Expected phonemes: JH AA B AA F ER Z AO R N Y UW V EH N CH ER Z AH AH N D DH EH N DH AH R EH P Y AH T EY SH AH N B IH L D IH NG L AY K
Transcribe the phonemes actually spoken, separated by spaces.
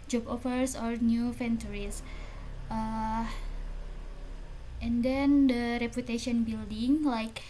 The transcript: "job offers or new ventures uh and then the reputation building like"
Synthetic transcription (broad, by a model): JH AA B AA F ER S AO R N Y UW F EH N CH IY S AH AH N D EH N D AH R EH P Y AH T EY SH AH N B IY L D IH NG L AY K